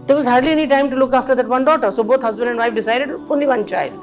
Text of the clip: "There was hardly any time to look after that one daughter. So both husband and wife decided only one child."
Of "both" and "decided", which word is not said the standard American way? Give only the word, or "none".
both